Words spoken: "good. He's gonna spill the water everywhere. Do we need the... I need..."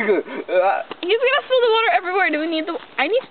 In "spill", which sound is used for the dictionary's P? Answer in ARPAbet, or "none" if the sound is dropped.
none